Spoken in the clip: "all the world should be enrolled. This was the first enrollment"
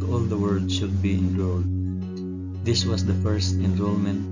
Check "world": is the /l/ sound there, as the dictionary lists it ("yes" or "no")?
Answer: no